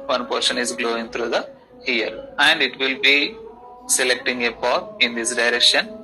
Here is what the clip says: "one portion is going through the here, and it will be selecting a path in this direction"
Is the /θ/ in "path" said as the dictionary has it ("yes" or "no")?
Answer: no